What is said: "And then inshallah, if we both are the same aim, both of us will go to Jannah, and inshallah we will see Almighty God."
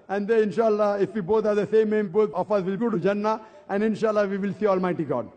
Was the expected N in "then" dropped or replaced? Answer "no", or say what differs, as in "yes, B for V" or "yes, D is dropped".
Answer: yes, N is dropped